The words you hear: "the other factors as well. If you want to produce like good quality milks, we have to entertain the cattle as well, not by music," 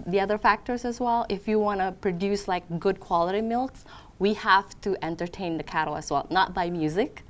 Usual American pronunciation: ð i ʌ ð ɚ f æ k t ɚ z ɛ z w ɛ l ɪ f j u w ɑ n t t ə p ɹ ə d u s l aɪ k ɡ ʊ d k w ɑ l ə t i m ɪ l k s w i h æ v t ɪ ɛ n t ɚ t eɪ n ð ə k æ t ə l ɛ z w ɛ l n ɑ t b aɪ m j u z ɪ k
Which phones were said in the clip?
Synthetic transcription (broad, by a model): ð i ʌ ð ɚ f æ k t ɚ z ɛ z w ɛ l ɪ f j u w ɑ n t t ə p ɹ ə d u s l aɪ k ɡ ʊ d k w ɑ l ə t i m ɪ l k s w i h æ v t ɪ ɛ n t ɚ t eɪ n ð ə k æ t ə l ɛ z w ɛ l n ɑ t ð aɪ m j u z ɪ k